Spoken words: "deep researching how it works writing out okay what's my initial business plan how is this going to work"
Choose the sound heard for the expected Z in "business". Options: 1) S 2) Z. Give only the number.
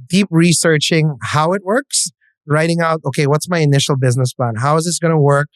2